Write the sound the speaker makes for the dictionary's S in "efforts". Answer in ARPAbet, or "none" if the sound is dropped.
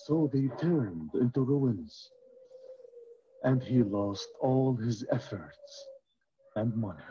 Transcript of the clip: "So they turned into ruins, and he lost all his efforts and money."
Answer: S